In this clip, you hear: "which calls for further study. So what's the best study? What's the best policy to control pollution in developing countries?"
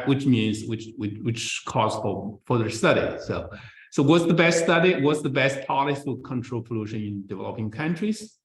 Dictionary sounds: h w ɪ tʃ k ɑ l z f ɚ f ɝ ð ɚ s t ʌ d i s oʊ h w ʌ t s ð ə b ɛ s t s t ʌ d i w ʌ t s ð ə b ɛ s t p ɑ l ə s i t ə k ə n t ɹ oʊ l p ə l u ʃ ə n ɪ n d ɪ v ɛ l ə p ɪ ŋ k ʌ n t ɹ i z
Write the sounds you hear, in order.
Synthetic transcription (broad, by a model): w w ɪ tʃ k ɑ z f ɚ f ɝ ð ɚ s t ʌ d i s oʊ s w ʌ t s ð ə b ɛ s t s t ʌ d i w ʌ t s ð ə b ɛ s t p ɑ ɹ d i s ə k ə n t ɹ oʊ l p ə l u ʃ ə n ɪ n d ɪ v ɛ l ə p ɪ ŋ k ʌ n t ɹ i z